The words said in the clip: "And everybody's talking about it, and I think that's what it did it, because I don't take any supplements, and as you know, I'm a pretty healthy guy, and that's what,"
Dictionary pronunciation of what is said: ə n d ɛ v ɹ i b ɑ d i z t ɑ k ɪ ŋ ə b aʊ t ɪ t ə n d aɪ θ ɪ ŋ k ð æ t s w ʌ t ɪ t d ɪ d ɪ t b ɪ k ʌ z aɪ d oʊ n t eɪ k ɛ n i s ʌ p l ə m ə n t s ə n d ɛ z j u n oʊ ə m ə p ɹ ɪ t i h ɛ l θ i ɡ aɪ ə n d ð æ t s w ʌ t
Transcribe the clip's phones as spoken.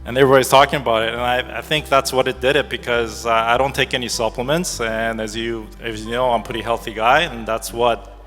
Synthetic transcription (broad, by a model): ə n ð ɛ ɹ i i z t ɑ k ɪ ŋ ə b aʊ t ɪ t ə n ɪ aɪ θ ɪ ŋ k ð æ t s w ʌ t ɪ t d ɪ d ɪ t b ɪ k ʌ z aɪ d oʊ n t eɪ k ɛ n i s ʌ p l ə m ə n t s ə n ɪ z j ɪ n oʊ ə ə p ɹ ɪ t i h ɛ l θ i ɡ aɪ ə n ð æ t s w ʌ t